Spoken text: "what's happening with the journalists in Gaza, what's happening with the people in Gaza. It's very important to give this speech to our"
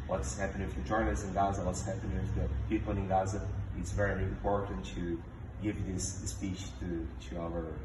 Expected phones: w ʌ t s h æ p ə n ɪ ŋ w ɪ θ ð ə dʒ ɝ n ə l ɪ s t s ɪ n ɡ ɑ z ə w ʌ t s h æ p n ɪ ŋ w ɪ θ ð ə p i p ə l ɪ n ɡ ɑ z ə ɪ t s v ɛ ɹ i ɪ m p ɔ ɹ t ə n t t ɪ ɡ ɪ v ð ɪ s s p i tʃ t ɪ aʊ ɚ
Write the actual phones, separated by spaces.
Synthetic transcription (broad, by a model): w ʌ t s h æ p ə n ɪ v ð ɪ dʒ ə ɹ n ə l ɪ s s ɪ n ɡ ɑ z ə w ʌ t s h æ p ɪ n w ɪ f ð ə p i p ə n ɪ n ɡ ɑ z ə ɪ t s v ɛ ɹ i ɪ m p ɔ ɹ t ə n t t ɪ ɡ ɪ v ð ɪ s s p i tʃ t ɪ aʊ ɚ